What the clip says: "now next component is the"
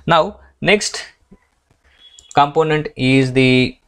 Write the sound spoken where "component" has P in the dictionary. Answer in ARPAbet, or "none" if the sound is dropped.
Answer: P